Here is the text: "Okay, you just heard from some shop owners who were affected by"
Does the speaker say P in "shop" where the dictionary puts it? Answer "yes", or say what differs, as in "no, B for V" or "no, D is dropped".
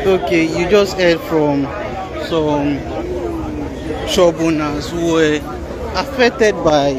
no, B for P